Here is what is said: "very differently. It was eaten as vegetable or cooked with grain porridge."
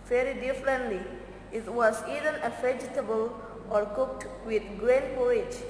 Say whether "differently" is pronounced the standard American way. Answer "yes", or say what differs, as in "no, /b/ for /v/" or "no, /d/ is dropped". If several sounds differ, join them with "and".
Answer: yes